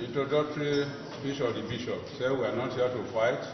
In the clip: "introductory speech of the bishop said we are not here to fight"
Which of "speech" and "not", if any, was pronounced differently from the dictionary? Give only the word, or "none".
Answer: speech